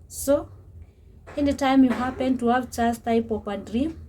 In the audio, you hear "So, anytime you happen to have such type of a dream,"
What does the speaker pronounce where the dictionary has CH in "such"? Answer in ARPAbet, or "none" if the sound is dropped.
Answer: S